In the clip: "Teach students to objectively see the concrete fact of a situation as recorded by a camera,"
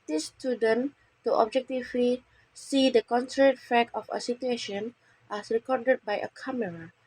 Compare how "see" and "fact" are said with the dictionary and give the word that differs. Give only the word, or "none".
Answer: fact